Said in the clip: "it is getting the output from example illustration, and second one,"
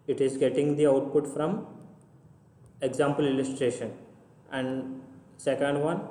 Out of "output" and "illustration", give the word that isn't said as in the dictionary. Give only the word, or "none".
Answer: none